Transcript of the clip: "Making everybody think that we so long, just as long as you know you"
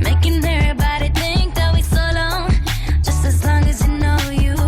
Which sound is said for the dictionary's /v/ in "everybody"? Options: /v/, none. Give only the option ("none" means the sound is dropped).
none